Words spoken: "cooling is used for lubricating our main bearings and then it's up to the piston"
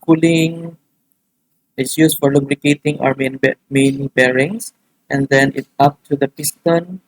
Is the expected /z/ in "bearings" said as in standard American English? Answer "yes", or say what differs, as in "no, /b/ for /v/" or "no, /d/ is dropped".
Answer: no, /s/ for /z/